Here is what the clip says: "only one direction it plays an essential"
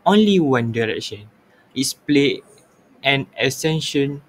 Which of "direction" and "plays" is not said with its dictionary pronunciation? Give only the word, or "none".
plays